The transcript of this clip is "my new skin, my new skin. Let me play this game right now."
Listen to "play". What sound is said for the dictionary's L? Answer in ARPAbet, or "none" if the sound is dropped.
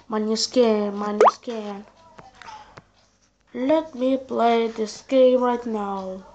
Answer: L